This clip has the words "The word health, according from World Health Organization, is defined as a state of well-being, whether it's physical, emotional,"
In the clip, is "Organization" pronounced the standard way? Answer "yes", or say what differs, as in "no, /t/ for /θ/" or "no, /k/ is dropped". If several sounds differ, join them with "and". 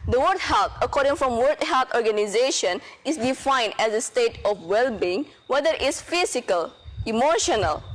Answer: yes